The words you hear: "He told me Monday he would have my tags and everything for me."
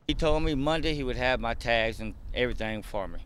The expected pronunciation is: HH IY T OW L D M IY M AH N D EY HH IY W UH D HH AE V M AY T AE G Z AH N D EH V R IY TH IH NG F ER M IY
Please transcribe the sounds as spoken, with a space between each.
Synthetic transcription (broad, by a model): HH IY T OW L D M IY M AH N D EY HH IY W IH D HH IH V M AY T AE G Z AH N EH V R IY TH IH NG F ER M IY